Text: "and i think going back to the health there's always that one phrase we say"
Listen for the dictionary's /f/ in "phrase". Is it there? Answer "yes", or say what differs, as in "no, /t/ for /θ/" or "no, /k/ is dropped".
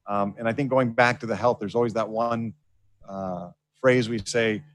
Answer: yes